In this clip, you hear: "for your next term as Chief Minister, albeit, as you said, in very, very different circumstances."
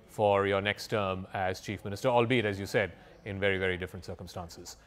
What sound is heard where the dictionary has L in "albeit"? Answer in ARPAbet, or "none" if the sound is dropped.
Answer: L